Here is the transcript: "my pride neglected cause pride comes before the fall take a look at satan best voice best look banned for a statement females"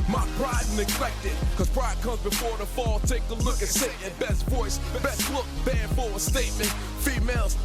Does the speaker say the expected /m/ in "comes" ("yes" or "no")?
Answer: yes